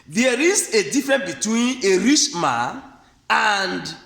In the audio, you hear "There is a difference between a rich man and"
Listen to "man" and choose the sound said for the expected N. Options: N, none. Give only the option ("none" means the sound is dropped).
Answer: none